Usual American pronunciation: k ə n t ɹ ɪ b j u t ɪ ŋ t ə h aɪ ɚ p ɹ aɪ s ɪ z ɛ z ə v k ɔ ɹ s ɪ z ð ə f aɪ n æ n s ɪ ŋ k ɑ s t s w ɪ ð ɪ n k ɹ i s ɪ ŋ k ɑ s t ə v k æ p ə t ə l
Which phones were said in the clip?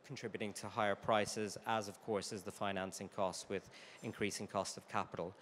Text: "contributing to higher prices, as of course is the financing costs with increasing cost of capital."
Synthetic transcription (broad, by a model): k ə n t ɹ ɪ b j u t ɪ ŋ t ə h aɪ ɚ p ɹ aɪ s ɪ z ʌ z ə v k ɔ ɹ s ɪ z ð ə f aɪ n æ n s ɪ ŋ k ɑ s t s w ɪ ð ɪ n k ɹ i s ɪ ŋ k ɑ s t ə v k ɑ p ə t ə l